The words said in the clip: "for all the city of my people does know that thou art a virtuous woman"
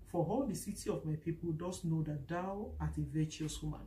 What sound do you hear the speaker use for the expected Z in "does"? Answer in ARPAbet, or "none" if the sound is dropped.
S